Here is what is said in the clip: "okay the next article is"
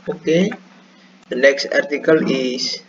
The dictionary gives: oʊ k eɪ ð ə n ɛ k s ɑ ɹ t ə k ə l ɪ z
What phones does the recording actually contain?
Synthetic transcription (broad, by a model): oʊ k eɪ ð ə n ɛ k s ɑ ɹ t ə k ə l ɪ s